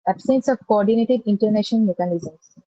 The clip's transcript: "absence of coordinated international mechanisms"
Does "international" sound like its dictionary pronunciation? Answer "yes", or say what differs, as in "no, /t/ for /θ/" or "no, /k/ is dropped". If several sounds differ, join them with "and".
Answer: no, /n/ is dropped and /n/ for /l/